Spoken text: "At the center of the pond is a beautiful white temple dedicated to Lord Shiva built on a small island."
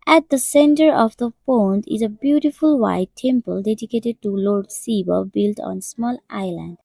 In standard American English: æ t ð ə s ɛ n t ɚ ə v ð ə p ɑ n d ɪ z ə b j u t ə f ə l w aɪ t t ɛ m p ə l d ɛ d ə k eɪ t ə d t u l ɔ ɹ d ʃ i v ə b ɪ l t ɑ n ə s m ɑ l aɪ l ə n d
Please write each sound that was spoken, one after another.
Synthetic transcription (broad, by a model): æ t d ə s ɛ n t ɚ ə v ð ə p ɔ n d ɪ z ə b j u t ə f ə l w aɪ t t ɛ m p ə l d ɛ d ə k eɪ t ə d t u l ɔ ɹ d s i b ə b ɪ l t ɑ n s m ɑ l aɪ l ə n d